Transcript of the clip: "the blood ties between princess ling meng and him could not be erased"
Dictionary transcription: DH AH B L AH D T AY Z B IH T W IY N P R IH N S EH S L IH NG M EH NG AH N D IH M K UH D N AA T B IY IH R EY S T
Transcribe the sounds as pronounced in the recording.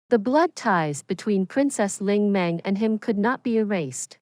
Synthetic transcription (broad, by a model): DH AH B L AH D T AY Z B IH T W IY N P R IH N S EH S L IH NG M EH NG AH N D IH M K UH D N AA T B IY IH R EY S T